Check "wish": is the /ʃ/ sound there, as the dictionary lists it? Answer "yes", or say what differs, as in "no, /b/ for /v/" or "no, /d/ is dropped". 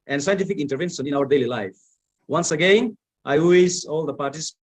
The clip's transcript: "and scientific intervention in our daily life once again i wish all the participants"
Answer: no, /s/ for /ʃ/